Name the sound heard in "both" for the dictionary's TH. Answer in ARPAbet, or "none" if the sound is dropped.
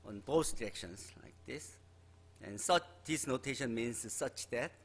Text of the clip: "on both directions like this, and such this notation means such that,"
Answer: S